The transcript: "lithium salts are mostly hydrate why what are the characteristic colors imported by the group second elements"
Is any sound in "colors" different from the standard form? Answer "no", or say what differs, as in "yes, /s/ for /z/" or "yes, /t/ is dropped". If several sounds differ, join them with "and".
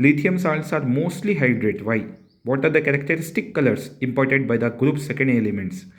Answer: yes, /s/ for /z/